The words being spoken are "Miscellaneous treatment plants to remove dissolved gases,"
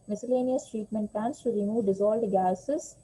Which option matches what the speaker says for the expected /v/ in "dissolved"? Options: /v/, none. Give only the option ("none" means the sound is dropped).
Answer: none